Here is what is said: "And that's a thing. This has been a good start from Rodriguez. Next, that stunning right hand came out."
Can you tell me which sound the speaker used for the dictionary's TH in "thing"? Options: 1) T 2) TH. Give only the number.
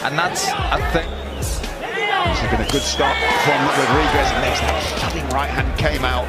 2